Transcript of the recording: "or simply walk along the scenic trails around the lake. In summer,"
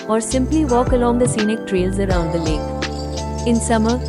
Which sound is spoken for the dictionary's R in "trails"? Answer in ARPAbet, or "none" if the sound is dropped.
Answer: R